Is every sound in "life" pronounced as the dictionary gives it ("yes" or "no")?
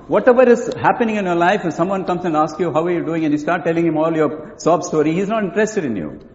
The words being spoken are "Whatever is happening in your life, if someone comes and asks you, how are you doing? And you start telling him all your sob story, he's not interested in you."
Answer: no